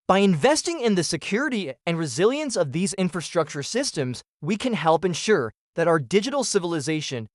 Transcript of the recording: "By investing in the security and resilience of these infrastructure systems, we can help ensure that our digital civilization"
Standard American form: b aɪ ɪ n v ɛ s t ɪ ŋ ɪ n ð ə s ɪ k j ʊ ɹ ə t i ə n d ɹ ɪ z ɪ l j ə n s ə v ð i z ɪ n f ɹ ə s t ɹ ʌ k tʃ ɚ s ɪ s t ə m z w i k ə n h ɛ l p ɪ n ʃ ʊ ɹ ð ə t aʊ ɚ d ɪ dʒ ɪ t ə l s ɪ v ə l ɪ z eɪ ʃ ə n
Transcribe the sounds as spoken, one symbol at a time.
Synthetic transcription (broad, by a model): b aɪ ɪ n v ɛ s t ɪ ŋ ɪ n ð ə s ɪ k j ʊ ɹ ə t i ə n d ɹ ɪ z ɪ l j ə n s ə v ð i z ɪ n f ɹ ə s t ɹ ʌ k tʃ ɚ s ɪ s t ə m z w i k ə n h ɛ l p ɪ n ʃ ʊ ɹ ð ə t aʊ ɚ d ɪ dʒ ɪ t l s ɪ v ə l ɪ z eɪ ʃ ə n